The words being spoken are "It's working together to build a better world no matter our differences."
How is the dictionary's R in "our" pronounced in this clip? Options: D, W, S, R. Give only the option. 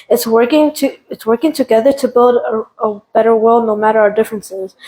R